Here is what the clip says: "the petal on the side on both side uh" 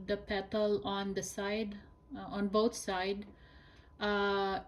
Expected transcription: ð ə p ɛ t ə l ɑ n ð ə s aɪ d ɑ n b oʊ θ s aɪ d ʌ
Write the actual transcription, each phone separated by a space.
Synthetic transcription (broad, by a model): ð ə p ɛ t ə l ɑ n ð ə s aɪ d ɑ n b oʊ t s aɪ d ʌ